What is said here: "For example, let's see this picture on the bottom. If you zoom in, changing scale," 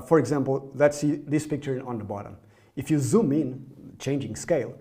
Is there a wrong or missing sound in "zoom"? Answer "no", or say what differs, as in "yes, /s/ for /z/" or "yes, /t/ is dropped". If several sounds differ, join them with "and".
no